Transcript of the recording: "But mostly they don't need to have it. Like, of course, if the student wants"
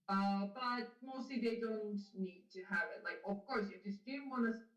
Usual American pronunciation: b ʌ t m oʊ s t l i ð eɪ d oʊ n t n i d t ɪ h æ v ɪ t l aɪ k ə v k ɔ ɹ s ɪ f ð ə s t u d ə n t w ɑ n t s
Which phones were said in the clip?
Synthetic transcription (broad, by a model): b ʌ t m oʊ s t l i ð eɪ d oʊ n t n i d t ɪ h æ v ɪ t l aɪ k ə v k ɔ ɹ s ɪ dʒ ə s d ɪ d n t w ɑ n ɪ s